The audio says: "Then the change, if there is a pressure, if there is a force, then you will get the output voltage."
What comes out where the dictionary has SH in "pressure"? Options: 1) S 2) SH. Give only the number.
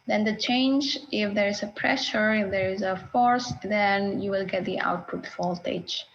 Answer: 2